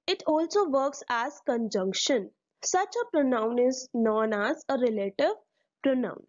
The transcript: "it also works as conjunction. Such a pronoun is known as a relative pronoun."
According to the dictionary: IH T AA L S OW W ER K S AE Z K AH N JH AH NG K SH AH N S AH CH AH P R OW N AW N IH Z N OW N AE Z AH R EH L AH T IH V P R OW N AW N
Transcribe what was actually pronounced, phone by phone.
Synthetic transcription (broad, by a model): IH T AA L S OW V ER K S AE Z K AH N JH AH NG K SH AH N S AH CH AH P R OW N AW N IH Z N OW N AE Z AH R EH L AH T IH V P R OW N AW N